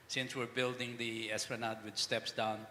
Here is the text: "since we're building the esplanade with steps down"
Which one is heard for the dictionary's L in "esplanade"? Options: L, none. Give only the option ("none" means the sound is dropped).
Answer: none